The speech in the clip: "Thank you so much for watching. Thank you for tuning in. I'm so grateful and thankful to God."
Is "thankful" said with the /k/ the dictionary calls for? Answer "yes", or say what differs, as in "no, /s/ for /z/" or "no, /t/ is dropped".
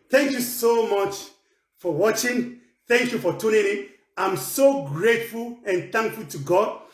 yes